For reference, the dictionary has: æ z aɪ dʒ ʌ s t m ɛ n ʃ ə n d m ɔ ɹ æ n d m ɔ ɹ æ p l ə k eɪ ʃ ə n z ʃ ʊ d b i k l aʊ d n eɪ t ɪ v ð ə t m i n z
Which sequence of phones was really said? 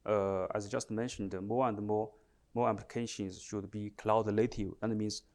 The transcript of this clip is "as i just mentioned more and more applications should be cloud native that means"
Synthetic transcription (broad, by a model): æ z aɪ dʒ ʌ s t m ɛ n ʃ ə n d m ɔ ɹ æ n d m ɔ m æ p l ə k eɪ ʃ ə n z ʃ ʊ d b i k l aʊ d l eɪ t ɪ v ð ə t m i n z